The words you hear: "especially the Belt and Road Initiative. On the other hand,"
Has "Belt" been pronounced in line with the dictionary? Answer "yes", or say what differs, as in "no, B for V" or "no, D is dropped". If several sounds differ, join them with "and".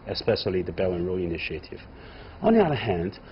no, T is dropped